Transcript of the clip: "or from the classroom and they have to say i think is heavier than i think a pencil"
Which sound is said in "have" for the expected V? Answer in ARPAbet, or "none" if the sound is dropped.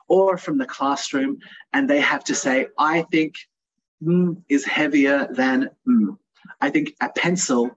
F